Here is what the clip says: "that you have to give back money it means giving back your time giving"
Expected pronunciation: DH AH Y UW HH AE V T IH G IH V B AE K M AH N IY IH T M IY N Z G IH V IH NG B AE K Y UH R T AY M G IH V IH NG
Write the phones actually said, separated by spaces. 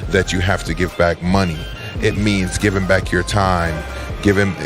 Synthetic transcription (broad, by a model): DH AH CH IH HH AE F T IH G IH V B AE K M AH N IY IH T M IY N Z G IH V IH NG B AE K Y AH R T AY M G IH V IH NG